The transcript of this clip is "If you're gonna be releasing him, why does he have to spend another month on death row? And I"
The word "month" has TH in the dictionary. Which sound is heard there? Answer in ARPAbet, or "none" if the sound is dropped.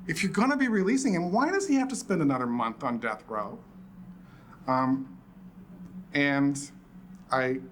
TH